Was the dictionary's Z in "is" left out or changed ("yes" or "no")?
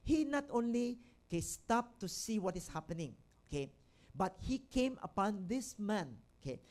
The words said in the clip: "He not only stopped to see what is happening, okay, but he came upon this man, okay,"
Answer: yes